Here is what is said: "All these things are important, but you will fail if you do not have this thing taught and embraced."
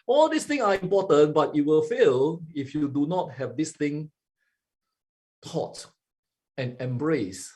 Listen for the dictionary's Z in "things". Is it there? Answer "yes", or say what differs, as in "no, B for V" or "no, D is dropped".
no, Z is dropped